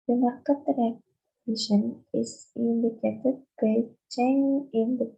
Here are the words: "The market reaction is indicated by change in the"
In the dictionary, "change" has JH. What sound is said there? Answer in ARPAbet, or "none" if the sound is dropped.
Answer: none